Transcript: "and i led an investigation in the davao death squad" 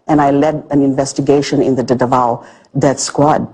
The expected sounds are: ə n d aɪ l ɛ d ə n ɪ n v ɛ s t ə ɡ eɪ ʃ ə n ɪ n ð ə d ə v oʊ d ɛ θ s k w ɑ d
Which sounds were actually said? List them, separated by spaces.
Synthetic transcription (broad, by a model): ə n aɪ l ɛ d ə n ɪ n v ɛ s t ə ɡ eɪ ʃ ə n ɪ n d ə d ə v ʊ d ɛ t s k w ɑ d